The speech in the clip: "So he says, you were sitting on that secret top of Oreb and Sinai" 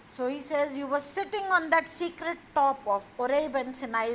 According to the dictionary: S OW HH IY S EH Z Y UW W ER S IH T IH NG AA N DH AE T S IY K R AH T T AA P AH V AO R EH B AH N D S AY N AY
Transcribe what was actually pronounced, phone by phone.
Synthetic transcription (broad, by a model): S OW HH IY S EH Z Y UW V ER S IH T IH NG AA N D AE T S IY K R AH T T AA P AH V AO R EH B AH N S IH N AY